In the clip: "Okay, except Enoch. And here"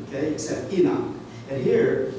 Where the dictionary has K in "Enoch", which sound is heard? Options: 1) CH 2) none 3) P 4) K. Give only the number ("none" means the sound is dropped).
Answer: 2